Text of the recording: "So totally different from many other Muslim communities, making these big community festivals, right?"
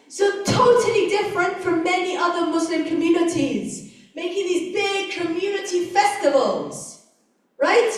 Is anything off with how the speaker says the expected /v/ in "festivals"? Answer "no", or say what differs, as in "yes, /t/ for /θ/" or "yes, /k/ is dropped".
no